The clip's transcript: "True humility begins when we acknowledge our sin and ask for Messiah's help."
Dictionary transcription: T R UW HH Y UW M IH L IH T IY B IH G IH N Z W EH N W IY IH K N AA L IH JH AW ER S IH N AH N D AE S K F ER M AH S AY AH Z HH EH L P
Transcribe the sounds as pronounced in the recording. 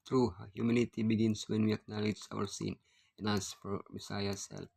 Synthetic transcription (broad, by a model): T R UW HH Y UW M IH N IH T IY B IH G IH N S W EH N W IY IH K N AA L IH JH AW ER S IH N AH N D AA S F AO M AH S AY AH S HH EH L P